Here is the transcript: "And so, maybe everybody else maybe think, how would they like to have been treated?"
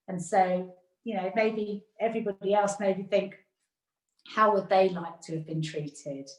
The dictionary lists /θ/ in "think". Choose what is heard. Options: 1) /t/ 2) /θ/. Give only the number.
2